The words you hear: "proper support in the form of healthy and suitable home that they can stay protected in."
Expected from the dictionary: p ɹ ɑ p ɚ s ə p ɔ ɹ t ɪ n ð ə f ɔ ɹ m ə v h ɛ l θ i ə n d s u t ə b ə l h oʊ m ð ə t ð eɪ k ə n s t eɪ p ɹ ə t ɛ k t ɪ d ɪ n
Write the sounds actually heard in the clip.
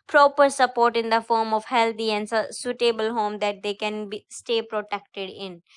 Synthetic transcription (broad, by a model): p ɹ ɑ p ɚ s ə p ɔ ɹ t ɪ n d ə f ɔ ɹ m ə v h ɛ l t i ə n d s u t ə b ə l h oʊ m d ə t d eɪ k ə n s t eɪ p ɹ ə t ɛ k t ɪ d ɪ n